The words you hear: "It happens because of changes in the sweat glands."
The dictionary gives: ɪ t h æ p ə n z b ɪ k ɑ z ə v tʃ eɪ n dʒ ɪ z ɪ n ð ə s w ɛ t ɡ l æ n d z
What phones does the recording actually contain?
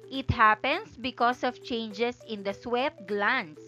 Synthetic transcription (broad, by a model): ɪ t h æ p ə n s b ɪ k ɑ s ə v tʃ eɪ n dʒ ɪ s ɪ n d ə s w ɛ t ɡ l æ n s